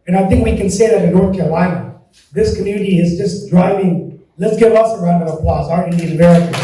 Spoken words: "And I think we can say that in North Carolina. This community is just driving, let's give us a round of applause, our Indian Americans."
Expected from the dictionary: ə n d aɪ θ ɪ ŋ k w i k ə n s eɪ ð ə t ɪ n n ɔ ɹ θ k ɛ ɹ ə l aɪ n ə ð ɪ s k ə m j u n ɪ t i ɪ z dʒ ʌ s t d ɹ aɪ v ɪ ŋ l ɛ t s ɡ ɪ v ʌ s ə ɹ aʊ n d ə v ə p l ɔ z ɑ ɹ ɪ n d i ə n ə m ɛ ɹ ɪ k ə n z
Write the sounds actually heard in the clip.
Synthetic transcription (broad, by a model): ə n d aɪ θ ɪ ŋ k w i k ə n s eɪ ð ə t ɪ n n ɔ ɹ θ k ɛ ɹ ə l aɪ n ə ð ɪ s k ə m j u n ɪ t i ɪ z dʒ ʌ s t d ɹ aɪ v ɪ ŋ l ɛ t s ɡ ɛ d ʌ s ə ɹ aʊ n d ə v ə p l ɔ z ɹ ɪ d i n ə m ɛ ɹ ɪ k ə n